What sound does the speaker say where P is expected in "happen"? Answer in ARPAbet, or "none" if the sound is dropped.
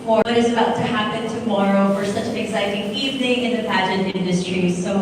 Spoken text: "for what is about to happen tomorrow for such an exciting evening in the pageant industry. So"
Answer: P